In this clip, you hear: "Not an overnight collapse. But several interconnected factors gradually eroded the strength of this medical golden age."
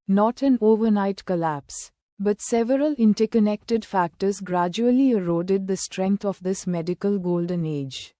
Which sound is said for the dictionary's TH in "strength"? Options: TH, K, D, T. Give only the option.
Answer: T